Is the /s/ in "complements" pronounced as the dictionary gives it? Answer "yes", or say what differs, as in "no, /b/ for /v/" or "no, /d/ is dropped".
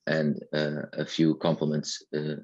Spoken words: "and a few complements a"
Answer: yes